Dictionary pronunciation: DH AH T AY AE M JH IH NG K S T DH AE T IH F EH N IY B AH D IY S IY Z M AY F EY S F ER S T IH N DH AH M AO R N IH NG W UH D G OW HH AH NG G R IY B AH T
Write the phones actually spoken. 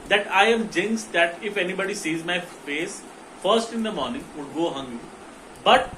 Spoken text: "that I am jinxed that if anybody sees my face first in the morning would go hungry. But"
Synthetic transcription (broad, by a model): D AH T AY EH M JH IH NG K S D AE T IH F EH N IY B AH D IY S IY Z M AY F EY S F ER S T IH N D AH M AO R N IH NG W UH D G OW HH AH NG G IY B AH T